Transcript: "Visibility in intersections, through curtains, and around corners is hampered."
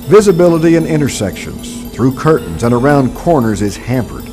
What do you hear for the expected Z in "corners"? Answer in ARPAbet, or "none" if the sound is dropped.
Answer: Z